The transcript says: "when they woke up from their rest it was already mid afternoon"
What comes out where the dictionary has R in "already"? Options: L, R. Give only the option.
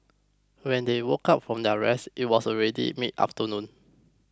R